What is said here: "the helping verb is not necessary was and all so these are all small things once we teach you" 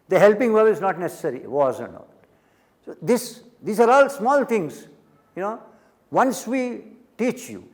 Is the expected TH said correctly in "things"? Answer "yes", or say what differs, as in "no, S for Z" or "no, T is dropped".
no, T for TH